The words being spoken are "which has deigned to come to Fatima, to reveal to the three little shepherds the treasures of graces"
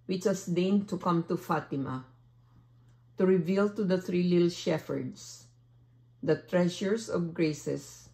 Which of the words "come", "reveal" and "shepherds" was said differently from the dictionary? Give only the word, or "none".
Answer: shepherds